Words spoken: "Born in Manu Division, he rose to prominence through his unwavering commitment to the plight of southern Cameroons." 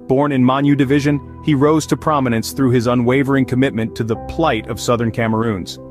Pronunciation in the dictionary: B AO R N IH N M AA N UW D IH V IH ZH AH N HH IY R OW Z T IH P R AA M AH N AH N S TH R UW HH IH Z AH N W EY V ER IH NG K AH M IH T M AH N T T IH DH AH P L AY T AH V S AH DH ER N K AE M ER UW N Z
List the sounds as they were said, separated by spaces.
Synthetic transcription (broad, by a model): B AO R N IH N M AA N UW D IH V IH ZH AH N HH IY R OW Z T IH P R AA M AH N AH N S TH R UW IH Z AH N W EY V ER IH NG K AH M IH T M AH N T T IH DH AH P L AY T AH V S AH DH ER N K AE M ER UW N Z